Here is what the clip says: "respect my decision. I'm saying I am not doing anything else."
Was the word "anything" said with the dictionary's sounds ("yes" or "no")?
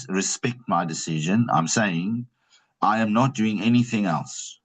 yes